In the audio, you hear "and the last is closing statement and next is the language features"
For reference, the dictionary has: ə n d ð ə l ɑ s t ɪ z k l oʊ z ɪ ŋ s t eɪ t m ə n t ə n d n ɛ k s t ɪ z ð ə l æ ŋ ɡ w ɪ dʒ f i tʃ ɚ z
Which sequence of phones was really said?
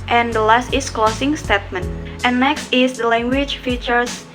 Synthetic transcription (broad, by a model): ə n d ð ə l ɑ s t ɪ s k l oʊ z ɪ ŋ s t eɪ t m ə n t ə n n ɛ k s t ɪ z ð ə l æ ŋ ɡ w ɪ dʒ f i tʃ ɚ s